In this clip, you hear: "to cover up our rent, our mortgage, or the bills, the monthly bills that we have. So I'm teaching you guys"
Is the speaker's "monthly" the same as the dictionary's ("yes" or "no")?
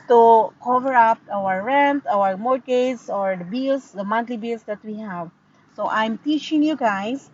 no